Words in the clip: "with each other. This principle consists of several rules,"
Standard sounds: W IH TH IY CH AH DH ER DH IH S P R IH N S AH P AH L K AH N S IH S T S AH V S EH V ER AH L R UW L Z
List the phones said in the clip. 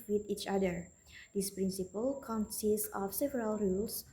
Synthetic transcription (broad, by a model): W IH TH IY CH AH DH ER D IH S P R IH N S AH P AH L K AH N S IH S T AH F S EH V ER AH L R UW L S